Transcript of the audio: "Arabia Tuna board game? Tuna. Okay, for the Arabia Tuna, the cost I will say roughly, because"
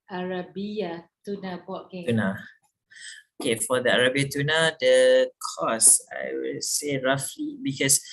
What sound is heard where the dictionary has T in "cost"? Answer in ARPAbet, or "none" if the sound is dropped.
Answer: none